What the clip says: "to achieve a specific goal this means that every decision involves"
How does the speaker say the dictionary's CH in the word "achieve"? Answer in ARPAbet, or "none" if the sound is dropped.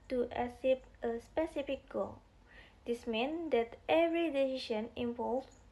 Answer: S